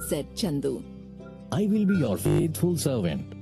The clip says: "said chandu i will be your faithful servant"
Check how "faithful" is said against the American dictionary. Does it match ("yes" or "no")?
no